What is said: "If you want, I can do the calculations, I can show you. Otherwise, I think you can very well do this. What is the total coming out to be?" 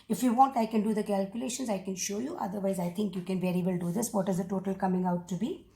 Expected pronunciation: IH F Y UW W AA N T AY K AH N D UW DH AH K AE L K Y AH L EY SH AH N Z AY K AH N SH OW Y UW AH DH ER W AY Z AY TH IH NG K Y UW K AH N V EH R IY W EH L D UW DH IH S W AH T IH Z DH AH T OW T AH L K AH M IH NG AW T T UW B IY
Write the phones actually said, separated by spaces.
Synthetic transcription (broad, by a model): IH F Y UW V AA N T AY K AH N D UW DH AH K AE L K Y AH L EY SH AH N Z AY K AH N SH OW Y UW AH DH ER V AY Z AY T IH NG K Y UW K AH N V EH R IY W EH L D UW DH IH S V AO T IH Z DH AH T OW T AH L K AH M IH NG AW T T UW B IY